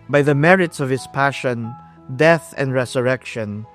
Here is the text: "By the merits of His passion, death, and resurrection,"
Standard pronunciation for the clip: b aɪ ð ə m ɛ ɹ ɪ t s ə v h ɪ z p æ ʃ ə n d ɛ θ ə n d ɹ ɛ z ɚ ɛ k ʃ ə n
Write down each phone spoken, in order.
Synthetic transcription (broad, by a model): b aɪ ð ə m ɛ ɹ ɪ t s ə v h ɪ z p æ ʃ ə n d ɛ θ ə n d ɹ ɛ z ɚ ɛ k ʃ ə n